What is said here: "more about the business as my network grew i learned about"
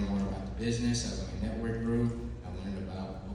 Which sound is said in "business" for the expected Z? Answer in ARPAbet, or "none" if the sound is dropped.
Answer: Z